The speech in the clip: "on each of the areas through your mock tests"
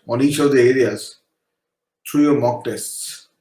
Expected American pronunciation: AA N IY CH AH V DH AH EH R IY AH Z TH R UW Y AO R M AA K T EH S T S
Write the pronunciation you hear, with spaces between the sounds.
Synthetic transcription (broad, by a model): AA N IY CH AH V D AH EH R IY AH Z T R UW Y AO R M AA K T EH S T S